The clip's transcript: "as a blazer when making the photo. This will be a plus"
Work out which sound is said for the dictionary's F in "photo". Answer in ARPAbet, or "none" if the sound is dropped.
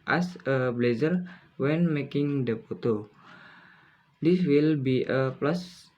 P